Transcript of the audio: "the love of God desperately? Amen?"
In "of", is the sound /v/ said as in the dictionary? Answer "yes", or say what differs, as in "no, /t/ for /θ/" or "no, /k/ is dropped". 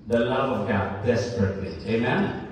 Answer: yes